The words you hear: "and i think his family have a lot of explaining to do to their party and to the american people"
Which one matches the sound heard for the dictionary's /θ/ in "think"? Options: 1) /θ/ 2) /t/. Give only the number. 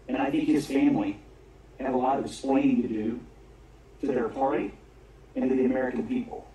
1